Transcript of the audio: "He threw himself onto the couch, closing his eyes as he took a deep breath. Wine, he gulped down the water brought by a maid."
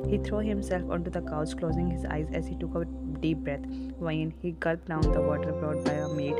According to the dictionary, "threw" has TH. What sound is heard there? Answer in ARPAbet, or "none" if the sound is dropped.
T